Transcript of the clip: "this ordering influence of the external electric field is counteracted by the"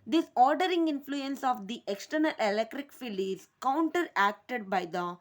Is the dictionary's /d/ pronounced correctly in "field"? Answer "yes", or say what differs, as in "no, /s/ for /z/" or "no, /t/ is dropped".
no, /d/ is dropped